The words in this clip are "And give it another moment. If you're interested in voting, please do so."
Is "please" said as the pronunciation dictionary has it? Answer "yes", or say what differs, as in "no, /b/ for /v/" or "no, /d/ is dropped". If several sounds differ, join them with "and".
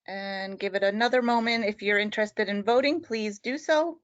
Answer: yes